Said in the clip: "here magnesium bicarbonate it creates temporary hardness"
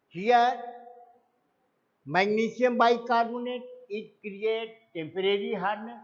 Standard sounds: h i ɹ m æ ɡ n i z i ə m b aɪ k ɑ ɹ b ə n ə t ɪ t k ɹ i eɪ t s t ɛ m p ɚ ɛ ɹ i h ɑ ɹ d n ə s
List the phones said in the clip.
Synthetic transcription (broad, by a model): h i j m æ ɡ n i s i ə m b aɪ k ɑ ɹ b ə n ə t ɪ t k ɹ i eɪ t t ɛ m p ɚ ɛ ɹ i h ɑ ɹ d n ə